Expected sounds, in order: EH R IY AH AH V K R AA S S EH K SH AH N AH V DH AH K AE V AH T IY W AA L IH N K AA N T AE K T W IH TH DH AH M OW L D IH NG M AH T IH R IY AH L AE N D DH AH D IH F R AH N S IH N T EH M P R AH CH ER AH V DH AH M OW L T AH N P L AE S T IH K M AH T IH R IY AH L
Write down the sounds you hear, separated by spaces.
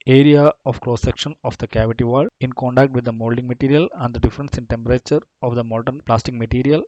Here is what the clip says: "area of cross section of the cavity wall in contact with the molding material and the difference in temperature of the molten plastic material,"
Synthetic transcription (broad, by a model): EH R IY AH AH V K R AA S S EH K SH AH N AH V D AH K AE V AH T IY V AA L IH N K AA N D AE K T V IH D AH M OW L D IH NG M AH T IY R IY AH L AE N D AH D IH F R AH N S IH N T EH M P R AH CH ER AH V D AH M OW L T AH N P L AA S T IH K M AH T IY R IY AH L